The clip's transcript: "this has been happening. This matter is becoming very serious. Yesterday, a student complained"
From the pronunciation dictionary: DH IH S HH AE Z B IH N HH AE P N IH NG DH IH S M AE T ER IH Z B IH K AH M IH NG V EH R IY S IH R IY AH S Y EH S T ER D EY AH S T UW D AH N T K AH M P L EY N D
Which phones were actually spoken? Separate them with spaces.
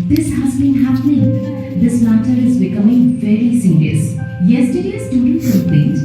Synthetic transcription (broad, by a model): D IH S HH AE Z B IH N HH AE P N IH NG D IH S M AE T ER IH Z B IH K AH M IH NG F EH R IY S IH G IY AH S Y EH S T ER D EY AH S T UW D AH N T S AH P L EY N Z